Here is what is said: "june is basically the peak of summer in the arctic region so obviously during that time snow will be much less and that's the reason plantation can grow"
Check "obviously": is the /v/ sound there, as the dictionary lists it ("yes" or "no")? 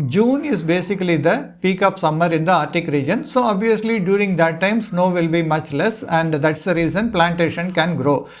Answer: yes